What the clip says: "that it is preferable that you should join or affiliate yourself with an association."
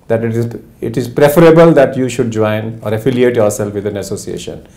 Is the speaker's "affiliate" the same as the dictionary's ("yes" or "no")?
yes